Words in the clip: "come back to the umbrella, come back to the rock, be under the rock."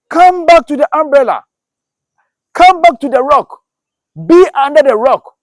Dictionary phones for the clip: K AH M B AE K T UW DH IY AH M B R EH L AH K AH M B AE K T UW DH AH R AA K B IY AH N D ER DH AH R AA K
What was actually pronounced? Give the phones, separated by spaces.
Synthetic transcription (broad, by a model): K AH M B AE K T UW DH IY AH M B R EH L AH K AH M B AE K T UW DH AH R AA K B IY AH N D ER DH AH R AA K